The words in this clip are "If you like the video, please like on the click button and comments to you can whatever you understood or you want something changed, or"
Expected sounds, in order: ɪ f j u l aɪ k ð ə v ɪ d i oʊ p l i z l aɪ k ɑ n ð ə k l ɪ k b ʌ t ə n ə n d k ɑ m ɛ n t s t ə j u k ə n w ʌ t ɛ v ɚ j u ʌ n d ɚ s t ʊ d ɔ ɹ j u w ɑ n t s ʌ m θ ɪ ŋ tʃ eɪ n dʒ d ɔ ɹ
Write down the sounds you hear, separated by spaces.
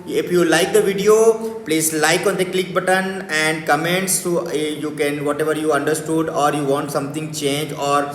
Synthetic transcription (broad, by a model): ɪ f j u l aɪ k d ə v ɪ d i oʊ p l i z l aɪ k ɑ n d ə k l ɪ k b ʌ t ə n ə n d k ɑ m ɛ n t s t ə j u k ə n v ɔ t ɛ v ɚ j u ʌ n d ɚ s t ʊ d ɔ ɹ j u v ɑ n t s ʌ m t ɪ ŋ tʃ eɪ n dʒ ɔ ɹ